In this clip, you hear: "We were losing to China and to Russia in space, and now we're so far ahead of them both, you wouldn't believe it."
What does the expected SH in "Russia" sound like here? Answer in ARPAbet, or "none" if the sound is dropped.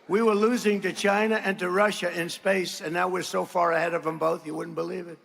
SH